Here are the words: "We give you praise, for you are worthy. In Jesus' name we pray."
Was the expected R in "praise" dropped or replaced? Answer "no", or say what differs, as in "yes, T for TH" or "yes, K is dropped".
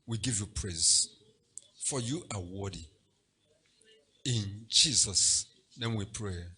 no